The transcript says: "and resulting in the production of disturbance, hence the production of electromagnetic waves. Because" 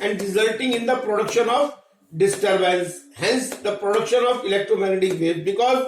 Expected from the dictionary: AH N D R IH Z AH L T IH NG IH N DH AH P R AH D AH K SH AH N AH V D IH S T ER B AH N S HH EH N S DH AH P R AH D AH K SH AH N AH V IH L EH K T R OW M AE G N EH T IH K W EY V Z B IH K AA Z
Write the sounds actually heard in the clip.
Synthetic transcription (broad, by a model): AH N D R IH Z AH L T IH NG IH N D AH P R AH D AH K SH AH N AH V D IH S T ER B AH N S HH EH N S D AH P R AH D AH K SH AH N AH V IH L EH K T R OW M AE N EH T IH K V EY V B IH K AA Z